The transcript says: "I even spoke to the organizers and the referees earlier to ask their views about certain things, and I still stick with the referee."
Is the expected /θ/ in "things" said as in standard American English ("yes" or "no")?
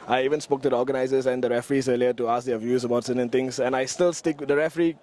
no